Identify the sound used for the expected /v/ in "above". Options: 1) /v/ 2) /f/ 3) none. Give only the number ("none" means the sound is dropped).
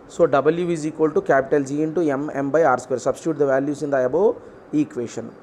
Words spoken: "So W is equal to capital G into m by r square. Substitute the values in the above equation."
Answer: 3